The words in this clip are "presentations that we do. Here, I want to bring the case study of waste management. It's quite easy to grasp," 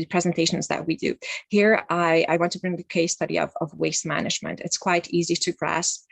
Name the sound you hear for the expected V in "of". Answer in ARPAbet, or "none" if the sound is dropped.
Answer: V